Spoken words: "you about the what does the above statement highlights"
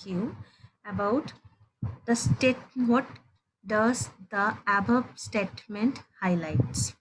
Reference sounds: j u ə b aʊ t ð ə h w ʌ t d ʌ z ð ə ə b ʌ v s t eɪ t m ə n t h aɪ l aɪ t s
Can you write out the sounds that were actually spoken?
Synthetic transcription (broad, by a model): j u ə b aʊ t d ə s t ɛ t d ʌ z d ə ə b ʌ b s t eɪ t m ə n t h aɪ l aɪ t s